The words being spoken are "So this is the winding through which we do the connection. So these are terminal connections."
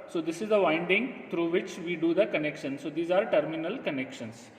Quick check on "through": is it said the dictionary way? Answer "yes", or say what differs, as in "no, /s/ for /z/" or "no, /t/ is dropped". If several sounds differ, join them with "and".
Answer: no, /t/ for /θ/